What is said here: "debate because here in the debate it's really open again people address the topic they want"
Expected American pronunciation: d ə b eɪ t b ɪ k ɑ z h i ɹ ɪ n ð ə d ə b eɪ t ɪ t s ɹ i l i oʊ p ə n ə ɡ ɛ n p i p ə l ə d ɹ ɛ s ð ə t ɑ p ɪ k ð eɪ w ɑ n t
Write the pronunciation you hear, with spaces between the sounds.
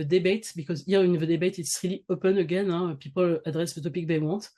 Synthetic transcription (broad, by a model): d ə b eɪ t b ɪ k ɑ z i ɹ ɪ n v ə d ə b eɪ t ɪ t s ɹ i l i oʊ p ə n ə ɡ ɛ n p i p ə l ə d ɹ ɛ s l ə t ɑ p ɪ k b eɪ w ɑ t